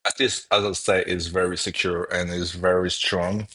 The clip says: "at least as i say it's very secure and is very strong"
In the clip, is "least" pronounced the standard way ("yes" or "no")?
no